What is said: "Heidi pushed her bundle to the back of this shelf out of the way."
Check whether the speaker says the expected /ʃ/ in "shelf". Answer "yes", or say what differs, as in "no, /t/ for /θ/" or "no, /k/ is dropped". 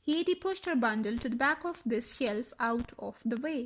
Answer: yes